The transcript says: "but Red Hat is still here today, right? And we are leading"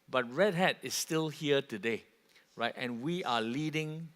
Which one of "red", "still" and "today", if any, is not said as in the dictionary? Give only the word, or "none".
none